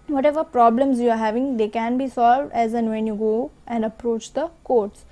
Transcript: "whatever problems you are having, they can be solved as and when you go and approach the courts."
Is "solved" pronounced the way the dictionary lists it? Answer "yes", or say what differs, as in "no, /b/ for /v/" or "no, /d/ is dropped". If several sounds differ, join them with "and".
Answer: yes